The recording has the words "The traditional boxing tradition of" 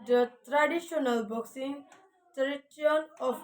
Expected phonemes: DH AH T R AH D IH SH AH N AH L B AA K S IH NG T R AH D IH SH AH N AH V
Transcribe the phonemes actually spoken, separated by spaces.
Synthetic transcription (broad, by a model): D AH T R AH D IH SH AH N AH L B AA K S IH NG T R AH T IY AH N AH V